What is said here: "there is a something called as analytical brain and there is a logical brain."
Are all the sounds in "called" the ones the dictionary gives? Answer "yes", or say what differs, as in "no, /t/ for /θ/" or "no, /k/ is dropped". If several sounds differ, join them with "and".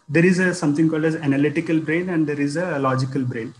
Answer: yes